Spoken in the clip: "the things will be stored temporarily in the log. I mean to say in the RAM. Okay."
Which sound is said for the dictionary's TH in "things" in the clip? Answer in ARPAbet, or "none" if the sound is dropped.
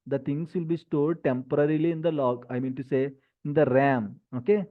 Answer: T